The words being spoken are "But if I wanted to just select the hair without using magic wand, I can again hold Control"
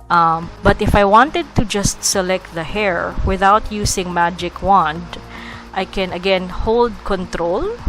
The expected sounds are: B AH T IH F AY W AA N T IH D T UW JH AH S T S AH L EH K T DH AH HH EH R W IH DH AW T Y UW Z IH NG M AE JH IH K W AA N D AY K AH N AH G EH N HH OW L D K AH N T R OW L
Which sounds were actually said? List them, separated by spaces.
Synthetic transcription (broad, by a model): B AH T IH F AY W AA N T IH D T UW JH AH S T S AH L EH K T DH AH HH EH R W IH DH AW T Y UW S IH NG M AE JH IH K W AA N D AY K AH N AH G EH N HH OW L D K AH N T R OW L